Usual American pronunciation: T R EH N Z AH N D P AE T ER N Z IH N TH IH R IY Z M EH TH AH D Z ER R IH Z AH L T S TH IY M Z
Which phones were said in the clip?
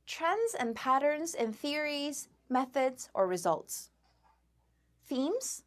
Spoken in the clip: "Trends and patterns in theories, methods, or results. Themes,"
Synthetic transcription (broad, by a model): T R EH N Z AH N P AE T ER N Z IH N TH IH R IY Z M EH TH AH D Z ER R IH Z AH L T S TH IY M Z